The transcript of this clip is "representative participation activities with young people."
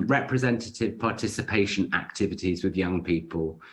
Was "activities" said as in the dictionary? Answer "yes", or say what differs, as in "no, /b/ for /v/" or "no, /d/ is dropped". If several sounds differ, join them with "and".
yes